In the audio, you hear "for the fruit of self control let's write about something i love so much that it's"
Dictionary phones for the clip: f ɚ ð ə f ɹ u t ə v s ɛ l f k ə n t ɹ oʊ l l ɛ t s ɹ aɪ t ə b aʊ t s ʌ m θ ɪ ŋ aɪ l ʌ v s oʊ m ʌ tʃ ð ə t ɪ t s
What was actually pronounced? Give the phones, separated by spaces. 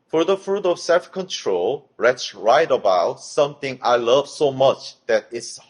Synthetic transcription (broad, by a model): f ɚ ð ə f ɹ u t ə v s ɛ l f k ə n t ɹ oʊ l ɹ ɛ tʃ ɹ aɪ t ə b aʊ t s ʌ m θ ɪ ŋ aɪ l ʌ v s oʊ m ʌ tʃ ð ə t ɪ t s